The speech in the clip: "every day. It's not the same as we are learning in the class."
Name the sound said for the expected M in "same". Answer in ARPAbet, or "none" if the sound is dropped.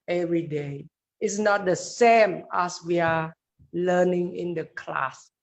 M